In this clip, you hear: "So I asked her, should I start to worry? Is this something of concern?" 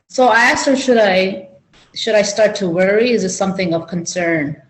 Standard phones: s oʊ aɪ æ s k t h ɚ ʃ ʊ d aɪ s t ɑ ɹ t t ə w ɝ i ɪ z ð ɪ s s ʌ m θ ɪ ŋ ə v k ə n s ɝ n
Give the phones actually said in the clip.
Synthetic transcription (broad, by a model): s oʊ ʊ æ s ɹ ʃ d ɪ ʃ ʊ d aɪ s t ɑ ɹ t t ə w ɝ i ɪ z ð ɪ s s ʌ m θ ɪ ŋ ə v k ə n s ɝ n